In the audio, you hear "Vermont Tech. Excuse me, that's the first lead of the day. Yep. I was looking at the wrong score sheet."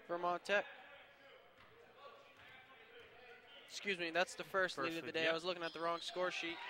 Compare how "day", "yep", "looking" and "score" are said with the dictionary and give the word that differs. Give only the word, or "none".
yep